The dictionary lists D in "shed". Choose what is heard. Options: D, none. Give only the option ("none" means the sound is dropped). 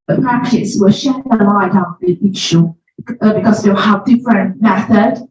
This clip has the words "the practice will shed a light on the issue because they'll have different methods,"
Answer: none